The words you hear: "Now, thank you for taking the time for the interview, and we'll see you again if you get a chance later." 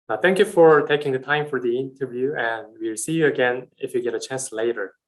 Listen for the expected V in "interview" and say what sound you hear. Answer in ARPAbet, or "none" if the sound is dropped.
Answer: V